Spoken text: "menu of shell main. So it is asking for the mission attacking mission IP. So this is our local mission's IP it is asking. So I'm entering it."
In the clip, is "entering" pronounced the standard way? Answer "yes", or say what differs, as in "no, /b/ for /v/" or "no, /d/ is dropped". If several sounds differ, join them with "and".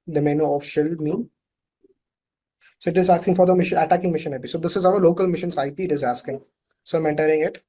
yes